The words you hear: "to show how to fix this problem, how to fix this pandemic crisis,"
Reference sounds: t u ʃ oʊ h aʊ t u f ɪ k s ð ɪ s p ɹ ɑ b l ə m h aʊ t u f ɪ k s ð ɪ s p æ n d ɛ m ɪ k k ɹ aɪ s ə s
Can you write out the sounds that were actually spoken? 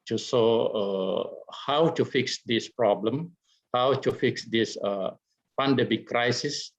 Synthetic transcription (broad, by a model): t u s oʊ h aʊ t u f ɪ k s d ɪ s p ɹ ɑ b l ə m h aʊ t u f ɪ k s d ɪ s p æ n d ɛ m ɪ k k ɹ aɪ s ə s